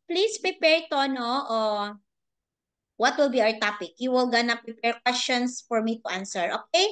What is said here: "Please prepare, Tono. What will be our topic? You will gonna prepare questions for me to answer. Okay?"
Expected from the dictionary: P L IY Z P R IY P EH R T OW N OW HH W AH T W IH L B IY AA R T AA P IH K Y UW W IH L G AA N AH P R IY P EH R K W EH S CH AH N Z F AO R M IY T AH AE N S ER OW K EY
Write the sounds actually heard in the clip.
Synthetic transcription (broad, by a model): P L IY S P R IY P EH R T OW N OW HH W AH T W IH L B IY AA R T AA P IH K Y UW W IH L G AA N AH P R IY P EH R K W EH S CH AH N S F AO R M IY T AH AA N S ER OW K EY